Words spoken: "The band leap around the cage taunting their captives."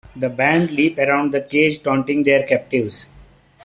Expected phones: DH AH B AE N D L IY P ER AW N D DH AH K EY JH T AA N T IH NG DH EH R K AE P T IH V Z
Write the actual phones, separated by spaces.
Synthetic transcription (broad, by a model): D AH B AE N D L IY P ER AW N D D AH K EY JH T AA N T IH NG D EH R K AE P T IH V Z